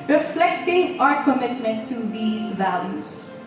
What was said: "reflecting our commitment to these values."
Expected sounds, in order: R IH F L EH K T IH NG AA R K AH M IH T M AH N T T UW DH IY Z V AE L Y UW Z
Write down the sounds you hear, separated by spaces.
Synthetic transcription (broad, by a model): R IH F L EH K T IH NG AA R K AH M IH T M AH N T T UW DH IY Z V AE L Y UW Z